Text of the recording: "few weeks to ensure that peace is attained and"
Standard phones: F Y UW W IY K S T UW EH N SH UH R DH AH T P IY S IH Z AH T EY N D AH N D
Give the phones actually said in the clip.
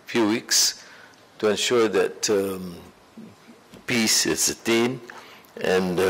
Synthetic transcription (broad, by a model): F Y UW W IY K S T UW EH N SH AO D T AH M P IY S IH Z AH T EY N AH N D